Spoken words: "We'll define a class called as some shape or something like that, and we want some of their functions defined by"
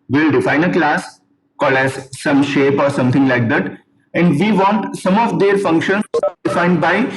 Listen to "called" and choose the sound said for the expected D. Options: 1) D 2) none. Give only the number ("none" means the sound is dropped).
2